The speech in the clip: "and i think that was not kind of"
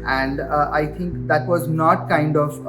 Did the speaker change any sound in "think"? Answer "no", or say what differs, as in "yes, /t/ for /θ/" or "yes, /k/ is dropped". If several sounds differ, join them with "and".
yes, /t/ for /θ/